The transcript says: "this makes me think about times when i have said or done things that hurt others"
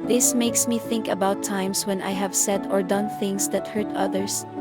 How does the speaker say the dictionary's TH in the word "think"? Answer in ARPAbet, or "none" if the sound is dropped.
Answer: TH